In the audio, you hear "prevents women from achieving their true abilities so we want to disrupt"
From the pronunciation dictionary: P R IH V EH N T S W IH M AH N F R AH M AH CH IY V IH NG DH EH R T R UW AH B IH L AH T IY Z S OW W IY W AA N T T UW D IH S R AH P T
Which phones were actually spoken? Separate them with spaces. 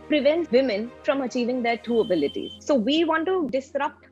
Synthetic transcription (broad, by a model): P R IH V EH N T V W IH M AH N F R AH M AH CH IY V IH NG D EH R T UW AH B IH L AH T IY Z S OW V IY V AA N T T UW D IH S R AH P T